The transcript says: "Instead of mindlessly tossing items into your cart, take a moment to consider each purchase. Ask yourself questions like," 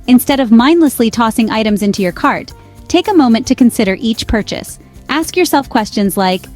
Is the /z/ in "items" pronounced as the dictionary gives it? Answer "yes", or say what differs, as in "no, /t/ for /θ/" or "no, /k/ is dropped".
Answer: yes